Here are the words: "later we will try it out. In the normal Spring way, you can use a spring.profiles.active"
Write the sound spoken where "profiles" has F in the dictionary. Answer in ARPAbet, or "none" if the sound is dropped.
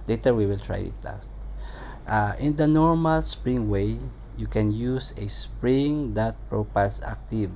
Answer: P